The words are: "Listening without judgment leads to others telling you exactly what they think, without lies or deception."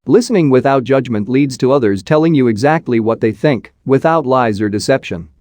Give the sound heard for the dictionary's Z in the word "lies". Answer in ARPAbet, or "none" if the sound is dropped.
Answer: Z